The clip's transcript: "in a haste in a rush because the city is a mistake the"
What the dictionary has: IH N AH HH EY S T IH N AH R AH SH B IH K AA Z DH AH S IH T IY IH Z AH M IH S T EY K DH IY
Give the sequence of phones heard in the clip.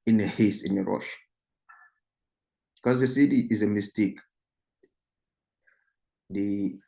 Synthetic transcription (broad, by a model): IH N AH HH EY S IH N AH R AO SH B K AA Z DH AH S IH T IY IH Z AH M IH S T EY K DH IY